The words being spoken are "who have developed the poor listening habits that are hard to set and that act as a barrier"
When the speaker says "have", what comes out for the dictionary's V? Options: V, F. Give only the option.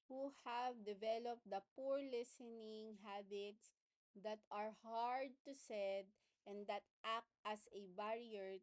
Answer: V